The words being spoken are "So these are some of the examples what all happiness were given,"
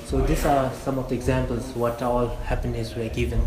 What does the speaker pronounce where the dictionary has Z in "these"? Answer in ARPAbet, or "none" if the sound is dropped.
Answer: S